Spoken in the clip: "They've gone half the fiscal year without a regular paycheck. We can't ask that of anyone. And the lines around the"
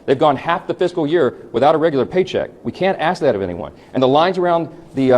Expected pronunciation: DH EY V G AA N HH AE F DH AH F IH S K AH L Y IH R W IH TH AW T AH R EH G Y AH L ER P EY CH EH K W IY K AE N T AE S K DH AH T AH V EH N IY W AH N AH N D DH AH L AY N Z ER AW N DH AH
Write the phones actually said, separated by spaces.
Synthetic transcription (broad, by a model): DH EY V G AA N HH AE F DH AH F IH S K L Y IH R W IH TH AW T AH R EH G Y L ER P EY CH EH K W IY K AE N T AE S K DH AH T AH V EH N IY W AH N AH N DH AH L AY N Z ER AW N DH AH